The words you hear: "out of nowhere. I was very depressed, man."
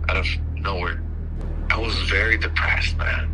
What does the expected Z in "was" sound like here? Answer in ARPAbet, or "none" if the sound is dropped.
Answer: Z